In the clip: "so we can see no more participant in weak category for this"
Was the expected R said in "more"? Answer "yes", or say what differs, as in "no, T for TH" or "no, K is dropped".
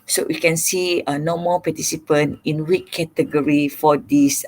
no, L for R